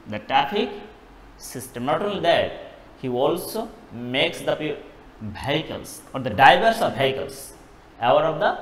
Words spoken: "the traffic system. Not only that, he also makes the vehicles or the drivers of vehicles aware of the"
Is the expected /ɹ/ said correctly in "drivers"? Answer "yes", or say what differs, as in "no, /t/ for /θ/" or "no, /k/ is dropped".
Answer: no, /ɹ/ is dropped